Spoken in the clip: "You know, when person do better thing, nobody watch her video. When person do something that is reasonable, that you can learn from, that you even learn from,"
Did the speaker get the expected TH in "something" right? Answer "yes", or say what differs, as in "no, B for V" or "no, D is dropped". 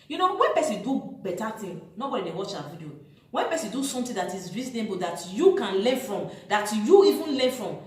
no, T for TH